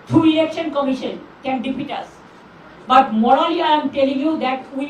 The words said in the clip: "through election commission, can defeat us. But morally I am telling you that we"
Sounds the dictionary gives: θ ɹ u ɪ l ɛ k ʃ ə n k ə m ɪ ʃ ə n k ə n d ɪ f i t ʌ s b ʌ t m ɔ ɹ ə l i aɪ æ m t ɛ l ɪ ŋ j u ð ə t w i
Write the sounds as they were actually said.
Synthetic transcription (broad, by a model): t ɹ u ɪ l ɛ k ʃ ə n k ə m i ʃ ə n k ə n d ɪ p i t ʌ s b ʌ t m ɔ ɹ ə l i aɪ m t ɛ l ɪ ŋ j u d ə t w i